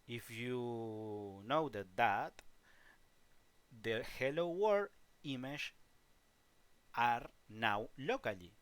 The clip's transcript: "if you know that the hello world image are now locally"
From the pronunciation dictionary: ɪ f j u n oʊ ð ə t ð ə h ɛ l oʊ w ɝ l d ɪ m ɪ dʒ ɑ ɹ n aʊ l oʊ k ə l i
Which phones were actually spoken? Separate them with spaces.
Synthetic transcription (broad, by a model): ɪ f j u n oʊ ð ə t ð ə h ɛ l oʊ w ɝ d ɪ m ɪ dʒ ɑ ɹ n aʊ l oʊ k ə l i